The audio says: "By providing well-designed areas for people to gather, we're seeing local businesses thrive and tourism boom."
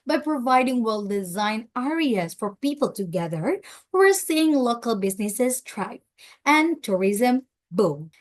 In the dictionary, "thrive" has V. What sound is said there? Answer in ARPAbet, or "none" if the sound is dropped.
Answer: P